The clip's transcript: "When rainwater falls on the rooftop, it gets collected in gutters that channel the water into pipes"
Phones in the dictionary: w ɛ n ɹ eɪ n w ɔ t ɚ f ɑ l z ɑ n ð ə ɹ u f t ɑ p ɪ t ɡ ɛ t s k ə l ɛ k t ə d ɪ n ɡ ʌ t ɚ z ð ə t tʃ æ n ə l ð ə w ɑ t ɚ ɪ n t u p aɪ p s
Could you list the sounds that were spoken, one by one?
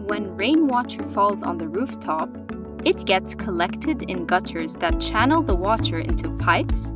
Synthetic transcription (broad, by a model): w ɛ n ɹ eɪ n w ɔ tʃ ɚ f ɑ l z n ð ə ɹ u f t ɑ p ɪ t ɡ ɛ t s k ə l ɛ k t ə d ɪ n ɡ ʌ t ɚ z ð ə t tʃ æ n l ð ə w ɑ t ɚ ɪ n t u p aɪ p s